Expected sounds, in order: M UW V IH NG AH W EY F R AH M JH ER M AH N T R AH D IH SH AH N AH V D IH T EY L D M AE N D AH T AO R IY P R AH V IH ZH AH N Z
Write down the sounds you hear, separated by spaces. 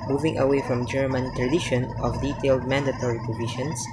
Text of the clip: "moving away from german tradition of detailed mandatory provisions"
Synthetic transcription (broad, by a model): M UW V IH NG AH W EY F R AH M JH ER M AH N T R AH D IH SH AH N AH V D IH T EY L D M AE N D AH T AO R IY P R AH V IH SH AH N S